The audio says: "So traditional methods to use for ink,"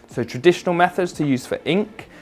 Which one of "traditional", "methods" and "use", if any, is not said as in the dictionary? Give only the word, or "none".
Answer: none